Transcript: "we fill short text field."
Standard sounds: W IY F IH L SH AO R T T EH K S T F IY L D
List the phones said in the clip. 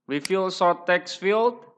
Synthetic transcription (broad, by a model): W IY F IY L S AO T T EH K S F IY L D